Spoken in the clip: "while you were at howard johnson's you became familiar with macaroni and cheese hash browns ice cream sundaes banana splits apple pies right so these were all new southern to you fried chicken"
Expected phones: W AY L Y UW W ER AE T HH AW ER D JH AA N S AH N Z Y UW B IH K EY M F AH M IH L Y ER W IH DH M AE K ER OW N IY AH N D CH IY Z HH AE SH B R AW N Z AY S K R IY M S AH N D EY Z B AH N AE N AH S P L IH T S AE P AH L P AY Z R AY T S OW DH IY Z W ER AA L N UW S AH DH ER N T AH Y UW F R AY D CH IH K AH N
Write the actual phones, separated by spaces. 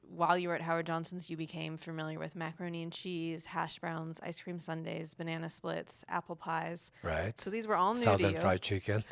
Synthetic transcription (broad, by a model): W AY L Y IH W ER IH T HH AW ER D JH AA N S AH N Z Y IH B IH K EY M F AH M IH L Y ER W IH DH M AE K ER OW N IY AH N CH IY Z HH AE SH B R AW N Z AY S K R IY M S AH N D EY Z B AH N AE N AH S P L IH T S AE P L P AY Z R AY T S OW DH IY Z W ER AA L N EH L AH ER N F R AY CH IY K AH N